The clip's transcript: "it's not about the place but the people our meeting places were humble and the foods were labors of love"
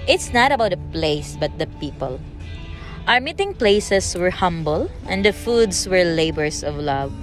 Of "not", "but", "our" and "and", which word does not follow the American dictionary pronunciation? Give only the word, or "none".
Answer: none